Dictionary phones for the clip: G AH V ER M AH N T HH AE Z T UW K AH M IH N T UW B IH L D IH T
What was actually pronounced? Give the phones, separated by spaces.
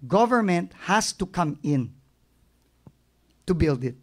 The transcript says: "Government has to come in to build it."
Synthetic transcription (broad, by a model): G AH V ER M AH N T HH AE S T UW K AH M IH N T UW B IH L D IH T